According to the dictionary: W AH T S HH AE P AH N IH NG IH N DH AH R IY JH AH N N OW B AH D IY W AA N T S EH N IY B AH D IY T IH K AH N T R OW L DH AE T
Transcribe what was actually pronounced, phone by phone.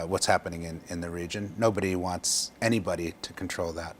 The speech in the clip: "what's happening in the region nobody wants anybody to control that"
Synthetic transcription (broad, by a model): W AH T S HH AE P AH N IH NG IH N DH AH R IY JH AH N N OW B AH D IY W AA N T S EH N IY B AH D IY T IH K N T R OW L DH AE T